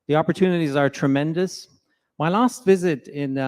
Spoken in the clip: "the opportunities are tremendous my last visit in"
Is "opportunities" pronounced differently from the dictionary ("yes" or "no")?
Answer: no